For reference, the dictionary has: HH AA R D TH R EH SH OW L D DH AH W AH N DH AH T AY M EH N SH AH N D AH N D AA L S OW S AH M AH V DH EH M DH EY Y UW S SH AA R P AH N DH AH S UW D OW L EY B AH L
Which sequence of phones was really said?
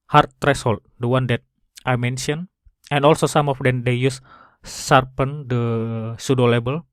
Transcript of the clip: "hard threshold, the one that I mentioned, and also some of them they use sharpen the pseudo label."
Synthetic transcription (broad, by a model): HH AA R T R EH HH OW L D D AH W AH N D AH T AY M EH N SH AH N AH N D AA L S OW S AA M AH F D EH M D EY Y UW S S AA R P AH N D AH S UW D OW L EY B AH L